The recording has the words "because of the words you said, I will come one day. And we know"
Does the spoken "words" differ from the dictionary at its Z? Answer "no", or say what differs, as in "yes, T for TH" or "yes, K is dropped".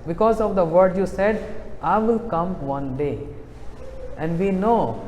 yes, Z is dropped